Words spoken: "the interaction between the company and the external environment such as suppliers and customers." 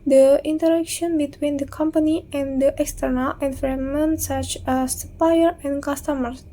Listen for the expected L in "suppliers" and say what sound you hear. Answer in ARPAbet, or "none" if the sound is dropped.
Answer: none